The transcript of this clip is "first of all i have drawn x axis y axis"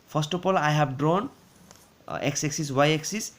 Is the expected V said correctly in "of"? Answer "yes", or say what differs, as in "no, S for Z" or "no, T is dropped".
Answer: no, P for V